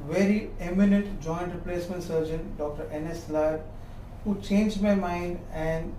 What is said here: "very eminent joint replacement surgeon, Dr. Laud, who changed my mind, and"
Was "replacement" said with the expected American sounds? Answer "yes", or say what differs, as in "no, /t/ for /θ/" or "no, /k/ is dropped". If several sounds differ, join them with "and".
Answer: yes